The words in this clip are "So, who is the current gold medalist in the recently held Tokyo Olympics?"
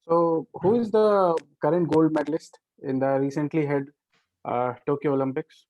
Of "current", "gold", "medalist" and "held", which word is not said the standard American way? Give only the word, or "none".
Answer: held